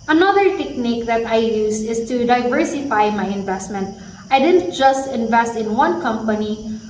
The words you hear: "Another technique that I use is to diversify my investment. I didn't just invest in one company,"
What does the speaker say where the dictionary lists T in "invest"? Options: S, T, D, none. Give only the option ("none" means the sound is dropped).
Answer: T